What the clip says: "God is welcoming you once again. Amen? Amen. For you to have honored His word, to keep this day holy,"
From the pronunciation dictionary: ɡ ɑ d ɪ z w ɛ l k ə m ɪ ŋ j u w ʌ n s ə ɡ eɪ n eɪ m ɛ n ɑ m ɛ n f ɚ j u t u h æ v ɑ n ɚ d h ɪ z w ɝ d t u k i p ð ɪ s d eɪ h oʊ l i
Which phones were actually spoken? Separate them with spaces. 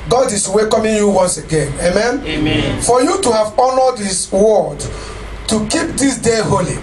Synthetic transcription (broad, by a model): ɡ ɑ d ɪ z w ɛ k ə m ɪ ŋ j u w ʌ n s ə ɡ eɪ n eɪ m m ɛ n f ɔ j u t u h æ v ɑ n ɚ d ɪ s w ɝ d t u k i p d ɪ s d eɪ h oʊ l i